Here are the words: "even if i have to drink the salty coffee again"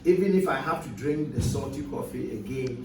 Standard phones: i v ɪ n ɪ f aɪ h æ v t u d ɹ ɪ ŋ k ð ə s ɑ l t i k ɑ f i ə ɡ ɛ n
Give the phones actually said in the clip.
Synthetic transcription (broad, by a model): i v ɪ n ɪ f aɪ h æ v t u d ɹ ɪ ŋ k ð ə s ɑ t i k ɑ f i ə ɡ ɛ n